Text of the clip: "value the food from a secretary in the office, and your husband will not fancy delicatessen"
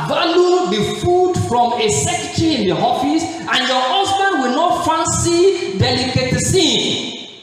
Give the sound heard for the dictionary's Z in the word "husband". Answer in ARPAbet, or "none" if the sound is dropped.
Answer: S